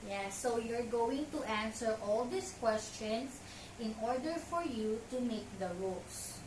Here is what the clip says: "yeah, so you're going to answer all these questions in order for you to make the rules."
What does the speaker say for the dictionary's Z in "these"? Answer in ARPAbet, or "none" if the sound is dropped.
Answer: S